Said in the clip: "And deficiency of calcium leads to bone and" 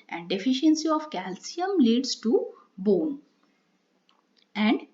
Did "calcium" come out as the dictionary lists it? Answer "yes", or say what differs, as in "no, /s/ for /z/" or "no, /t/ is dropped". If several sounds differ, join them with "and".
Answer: yes